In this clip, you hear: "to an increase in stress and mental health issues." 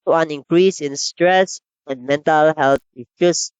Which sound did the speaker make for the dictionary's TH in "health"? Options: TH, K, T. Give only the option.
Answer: T